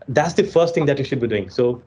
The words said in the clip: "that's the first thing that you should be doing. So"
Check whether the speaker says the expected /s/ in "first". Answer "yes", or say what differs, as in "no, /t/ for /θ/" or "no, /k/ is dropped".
yes